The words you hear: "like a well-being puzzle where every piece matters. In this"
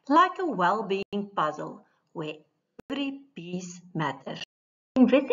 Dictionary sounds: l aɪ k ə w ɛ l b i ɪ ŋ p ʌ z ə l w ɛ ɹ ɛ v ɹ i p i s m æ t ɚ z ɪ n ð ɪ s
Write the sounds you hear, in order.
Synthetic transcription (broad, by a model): l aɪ k ə w ɛ l b i ɪ ŋ p ʌ z ə l w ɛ ɛ v ɹ i b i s m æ t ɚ ɪ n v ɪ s